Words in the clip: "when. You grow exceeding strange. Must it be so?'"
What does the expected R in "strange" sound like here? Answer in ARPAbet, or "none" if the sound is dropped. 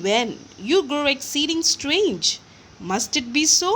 R